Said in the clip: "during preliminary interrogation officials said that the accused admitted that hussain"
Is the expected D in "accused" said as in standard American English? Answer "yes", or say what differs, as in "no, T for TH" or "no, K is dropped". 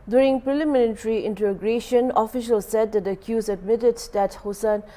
no, D is dropped